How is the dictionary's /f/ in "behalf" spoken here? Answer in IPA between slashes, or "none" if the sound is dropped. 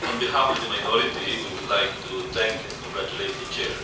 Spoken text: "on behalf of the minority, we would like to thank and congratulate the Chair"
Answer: /p/